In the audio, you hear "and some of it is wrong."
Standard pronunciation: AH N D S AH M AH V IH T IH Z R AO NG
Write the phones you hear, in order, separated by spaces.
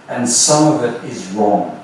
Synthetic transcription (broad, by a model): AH N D S AH M AH V IH T IH Z R AO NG